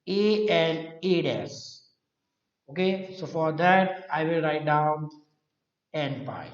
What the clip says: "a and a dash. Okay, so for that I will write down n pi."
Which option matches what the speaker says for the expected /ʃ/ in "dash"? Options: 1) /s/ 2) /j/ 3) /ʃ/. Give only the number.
1